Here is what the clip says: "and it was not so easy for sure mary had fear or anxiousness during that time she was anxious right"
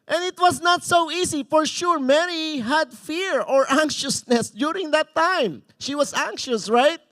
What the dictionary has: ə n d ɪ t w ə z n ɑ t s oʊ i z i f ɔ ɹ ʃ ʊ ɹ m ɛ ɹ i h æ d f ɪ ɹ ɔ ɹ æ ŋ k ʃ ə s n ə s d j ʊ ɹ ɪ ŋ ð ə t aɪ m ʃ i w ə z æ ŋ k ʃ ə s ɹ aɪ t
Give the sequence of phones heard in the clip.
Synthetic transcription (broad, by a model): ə n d ɪ t w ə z n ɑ t s oʊ i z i f ɔ ɹ ʃ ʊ ɹ m ɛ ɹ i h æ d f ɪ ɹ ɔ ɹ æ ŋ k ʃ ə s n ə s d j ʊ ɹ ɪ ŋ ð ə t aɪ m ʃ i w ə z æ ŋ k ʃ ə s ɹ aɪ t